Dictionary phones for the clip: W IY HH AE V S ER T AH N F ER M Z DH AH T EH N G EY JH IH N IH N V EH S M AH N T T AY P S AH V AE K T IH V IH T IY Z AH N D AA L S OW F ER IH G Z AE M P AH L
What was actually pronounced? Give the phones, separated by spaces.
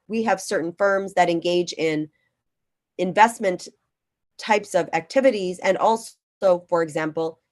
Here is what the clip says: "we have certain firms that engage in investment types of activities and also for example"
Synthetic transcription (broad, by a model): W IY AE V S ER T N F ER M Z DH AH T EH N G EY JH IH N IH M V EH S M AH N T T AY P S AH V AE K T IH V IH T IY Z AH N AA L S OW F ER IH G Z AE M P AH L